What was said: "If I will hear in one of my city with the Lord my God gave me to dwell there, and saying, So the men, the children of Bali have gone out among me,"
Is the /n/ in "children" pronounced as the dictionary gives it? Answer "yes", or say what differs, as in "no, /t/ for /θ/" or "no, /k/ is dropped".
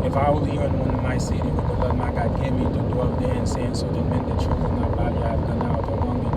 no, /n/ is dropped